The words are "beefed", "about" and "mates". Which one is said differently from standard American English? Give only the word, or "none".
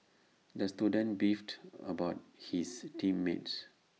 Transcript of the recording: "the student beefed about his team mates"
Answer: none